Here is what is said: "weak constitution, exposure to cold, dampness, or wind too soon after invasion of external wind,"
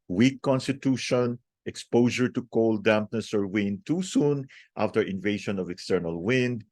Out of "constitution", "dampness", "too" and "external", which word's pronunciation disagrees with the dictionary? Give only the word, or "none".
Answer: none